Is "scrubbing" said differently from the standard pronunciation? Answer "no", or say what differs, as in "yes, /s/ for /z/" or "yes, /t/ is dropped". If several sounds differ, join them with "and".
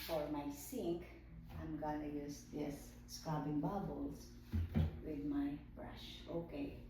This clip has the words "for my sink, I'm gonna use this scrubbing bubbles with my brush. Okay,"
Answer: yes, /ɹ/ is dropped